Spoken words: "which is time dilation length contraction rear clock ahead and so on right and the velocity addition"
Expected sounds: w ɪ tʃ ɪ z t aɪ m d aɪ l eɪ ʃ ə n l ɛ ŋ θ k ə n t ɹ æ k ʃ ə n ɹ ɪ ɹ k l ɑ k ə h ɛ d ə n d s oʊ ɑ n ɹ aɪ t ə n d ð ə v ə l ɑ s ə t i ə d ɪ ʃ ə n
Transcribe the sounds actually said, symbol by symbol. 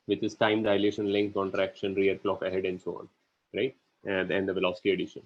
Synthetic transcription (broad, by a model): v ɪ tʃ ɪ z t aɪ m d aɪ l eɪ ʃ ə n l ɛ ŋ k k ə n t ɹ æ k ʃ ə n ɹ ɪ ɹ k l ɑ k ə h ɛ d ə n d s oʊ ɑ n ɹ aɪ t ə n d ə v ə l ɑ s ə t i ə d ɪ ʃ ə n